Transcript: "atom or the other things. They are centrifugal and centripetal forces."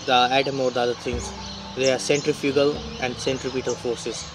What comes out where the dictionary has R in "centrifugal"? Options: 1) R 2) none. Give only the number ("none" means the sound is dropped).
1